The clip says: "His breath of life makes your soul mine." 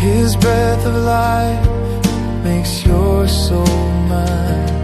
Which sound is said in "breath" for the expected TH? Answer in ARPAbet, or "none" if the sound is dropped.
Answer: TH